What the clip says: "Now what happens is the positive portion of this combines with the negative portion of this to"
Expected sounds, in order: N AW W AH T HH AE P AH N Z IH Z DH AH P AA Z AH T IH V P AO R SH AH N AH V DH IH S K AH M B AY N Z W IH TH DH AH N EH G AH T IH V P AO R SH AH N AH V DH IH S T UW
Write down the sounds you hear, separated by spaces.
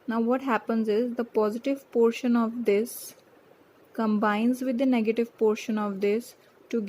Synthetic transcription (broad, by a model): N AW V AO T HH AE P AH N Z IH Z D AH P AA Z AH T IH V P AO R SH AH N AH V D IH S K AH M B AY N Z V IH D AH N EH G AH T IH V P AO R SH AH N AH V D IH S T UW